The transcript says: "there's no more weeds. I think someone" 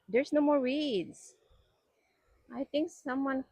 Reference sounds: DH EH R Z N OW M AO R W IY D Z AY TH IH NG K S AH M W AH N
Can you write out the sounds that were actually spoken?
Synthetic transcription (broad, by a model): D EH R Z N OW M AO R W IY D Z AY T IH NG K S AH M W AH N